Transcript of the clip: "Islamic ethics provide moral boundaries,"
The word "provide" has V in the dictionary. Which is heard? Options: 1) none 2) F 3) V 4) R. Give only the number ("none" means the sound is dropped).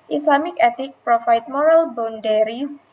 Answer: 2